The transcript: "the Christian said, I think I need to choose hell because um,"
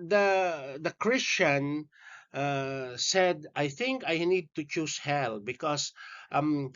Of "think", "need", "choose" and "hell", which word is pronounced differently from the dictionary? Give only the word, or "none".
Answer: choose